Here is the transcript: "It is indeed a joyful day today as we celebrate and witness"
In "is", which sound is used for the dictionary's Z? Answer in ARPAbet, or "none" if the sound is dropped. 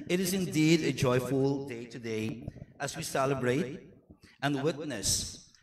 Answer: Z